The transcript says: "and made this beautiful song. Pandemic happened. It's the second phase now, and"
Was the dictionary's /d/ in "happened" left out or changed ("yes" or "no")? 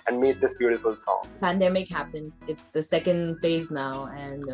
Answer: no